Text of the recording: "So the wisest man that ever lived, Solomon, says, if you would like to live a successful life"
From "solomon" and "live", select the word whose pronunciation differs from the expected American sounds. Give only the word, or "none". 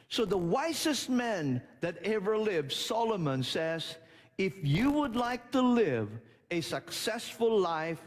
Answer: none